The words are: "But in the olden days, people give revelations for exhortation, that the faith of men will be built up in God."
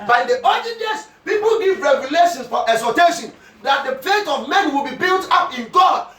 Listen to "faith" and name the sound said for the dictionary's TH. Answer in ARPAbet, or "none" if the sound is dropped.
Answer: T